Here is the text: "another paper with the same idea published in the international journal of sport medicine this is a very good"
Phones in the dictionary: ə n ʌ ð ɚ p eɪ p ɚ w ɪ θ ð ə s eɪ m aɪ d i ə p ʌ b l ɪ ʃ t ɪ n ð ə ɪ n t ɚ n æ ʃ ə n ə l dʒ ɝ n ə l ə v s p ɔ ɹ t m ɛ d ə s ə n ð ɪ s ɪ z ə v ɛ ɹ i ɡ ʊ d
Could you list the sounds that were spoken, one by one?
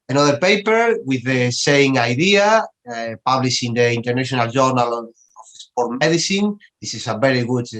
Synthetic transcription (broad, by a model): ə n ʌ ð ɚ p eɪ p ɚ w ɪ ð ə s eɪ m aɪ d i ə p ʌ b l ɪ ʃ ɪ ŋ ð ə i n t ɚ n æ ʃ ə n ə l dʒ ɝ n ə l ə f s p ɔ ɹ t m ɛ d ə s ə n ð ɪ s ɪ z ə v ɛ ɹ i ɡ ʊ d